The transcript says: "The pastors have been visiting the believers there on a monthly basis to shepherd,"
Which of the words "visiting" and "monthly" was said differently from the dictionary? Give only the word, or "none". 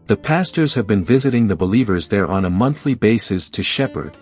none